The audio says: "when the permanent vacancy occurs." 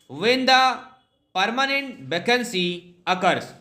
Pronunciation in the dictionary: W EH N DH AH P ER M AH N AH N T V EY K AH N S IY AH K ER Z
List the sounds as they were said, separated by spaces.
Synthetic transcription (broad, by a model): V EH N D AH P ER M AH N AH N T B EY K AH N S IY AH K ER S